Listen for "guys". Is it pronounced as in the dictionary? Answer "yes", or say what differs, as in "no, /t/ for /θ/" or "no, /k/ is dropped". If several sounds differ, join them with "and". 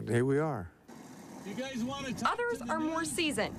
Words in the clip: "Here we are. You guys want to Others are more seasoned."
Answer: yes